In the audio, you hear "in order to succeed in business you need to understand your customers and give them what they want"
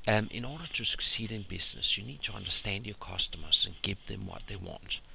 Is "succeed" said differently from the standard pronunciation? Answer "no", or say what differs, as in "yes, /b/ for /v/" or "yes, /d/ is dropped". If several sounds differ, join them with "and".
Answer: no